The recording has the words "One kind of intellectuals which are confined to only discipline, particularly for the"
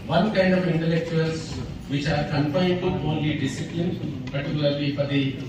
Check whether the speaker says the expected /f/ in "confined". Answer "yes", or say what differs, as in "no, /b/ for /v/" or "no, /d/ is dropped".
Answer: no, /p/ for /f/